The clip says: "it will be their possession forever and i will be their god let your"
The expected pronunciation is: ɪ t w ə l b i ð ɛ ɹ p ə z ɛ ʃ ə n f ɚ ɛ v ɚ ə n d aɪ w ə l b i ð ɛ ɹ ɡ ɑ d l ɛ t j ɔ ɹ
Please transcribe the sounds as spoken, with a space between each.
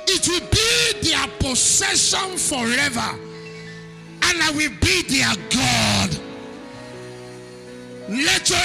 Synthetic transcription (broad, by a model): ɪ t w ə l b i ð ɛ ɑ p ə s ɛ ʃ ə n f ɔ ɛ v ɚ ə n aɪ w ə l b i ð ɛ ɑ ɡ ɑ d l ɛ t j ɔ